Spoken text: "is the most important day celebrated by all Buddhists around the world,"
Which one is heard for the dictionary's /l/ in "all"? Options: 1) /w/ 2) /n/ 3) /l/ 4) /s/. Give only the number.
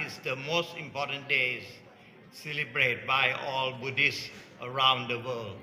3